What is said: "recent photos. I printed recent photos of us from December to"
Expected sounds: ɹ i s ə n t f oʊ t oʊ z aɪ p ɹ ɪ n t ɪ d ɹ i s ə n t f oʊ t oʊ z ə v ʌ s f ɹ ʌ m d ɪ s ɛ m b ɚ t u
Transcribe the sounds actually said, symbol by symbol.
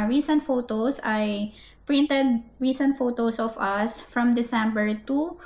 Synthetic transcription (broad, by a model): ɹ i s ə n t f oʊ t oʊ s aɪ p ɹ ɪ n t ɪ d ɹ i s ə n t f oʊ t oʊ s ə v ʌ s f ɹ ʌ m d ɪ s ɛ m b ɚ t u